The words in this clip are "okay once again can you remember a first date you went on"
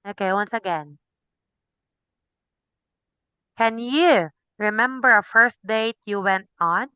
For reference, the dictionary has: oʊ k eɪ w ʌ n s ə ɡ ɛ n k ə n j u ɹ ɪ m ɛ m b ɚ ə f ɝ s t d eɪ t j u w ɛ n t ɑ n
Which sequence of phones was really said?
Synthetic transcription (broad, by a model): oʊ k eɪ w ʌ n s ə ɡ ɛ n k ə n j u ɹ ɪ m ɛ m b ɚ ə f ɝ s t d eɪ t j u w ɛ n t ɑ n